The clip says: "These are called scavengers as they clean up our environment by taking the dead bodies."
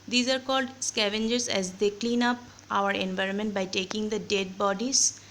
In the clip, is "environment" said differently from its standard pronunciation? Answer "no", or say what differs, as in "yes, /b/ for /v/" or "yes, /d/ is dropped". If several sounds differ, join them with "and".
no